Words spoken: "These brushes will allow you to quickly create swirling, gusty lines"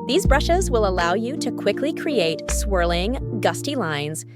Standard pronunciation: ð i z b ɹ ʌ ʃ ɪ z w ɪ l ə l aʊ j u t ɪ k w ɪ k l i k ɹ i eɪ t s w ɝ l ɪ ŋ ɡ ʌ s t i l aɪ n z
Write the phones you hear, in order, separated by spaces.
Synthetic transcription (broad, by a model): ð i z b ɹ ʌ ʃ ɪ z w ɪ l ə l aʊ j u t ɪ k w ɪ k l i k ɹ i eɪ t s w ɝ l ɪ ŋ ɡ ʌ s t i l aɪ n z